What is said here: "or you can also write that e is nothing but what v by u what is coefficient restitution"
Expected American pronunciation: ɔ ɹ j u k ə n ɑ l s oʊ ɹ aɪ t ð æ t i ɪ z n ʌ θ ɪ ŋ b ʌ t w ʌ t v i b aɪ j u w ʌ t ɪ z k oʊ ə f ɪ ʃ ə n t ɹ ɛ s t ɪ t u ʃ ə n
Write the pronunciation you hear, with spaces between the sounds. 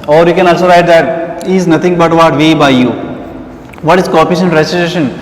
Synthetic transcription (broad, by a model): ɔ ɹ j u k ə n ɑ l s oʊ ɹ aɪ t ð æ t i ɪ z n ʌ t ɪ ŋ b ʌ t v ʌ t v i b aɪ j u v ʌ t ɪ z k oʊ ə p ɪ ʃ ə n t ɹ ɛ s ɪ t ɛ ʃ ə n